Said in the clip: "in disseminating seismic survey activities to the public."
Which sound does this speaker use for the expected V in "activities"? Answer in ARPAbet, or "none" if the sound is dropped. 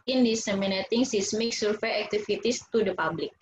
F